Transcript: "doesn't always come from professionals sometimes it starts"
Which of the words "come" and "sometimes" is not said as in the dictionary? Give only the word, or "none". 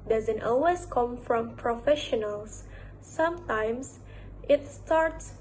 sometimes